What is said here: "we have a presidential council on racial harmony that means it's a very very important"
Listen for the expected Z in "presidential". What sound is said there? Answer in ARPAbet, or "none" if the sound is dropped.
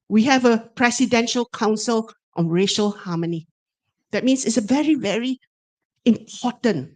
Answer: S